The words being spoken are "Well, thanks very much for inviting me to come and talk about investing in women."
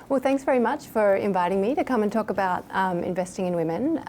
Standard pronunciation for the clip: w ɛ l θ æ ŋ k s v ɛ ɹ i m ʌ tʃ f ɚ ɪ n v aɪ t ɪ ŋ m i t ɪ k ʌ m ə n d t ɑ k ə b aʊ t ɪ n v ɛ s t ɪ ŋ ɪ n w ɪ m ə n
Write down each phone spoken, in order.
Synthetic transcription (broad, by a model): w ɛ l θ æ ŋ k s v ɛ ɹ i m ʌ tʃ f ɚ ɪ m v aɪ t ɪ ŋ m i t ɪ k ʌ m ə n t ɑ k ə b aʊ t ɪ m v ɛ s t ɪ ŋ ɪ n w ɪ m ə n